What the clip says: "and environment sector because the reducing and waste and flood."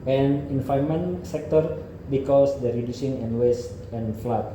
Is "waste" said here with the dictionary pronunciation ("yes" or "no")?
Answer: yes